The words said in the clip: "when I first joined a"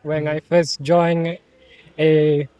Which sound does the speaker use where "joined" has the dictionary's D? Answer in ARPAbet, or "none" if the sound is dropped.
none